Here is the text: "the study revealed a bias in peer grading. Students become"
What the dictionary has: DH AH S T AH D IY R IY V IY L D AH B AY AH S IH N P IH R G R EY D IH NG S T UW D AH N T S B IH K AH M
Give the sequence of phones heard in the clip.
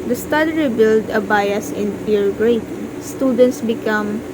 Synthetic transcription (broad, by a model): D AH S T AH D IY R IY B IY L D AH B AY AH S IH N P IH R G R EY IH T S T UW D AH N T S B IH K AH M